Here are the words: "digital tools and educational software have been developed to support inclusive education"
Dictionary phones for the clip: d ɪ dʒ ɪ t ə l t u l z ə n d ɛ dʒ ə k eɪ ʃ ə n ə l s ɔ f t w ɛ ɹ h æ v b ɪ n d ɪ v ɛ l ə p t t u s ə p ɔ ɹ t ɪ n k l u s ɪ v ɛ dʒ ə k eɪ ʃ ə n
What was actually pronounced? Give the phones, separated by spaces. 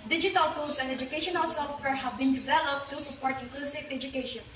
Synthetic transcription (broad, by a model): d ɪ dʒ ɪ t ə l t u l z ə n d ɛ dʒ ə k eɪ ʃ ə n ə l s ɔ f t w ɛ ɹ h æ v b ɪ n d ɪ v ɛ l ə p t t u s ə p ɔ ɹ t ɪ k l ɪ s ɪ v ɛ dʒ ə k eɪ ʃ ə n